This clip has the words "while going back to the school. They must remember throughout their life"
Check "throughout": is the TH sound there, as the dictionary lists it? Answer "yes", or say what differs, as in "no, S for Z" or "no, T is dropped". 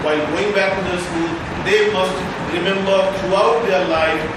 no, T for TH